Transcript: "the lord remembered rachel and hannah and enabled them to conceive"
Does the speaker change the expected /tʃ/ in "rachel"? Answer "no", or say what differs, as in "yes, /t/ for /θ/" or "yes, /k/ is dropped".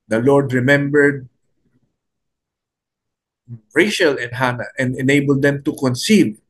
yes, /ʃ/ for /tʃ/